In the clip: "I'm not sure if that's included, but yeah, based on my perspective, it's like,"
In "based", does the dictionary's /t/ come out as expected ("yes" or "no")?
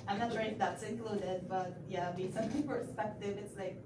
no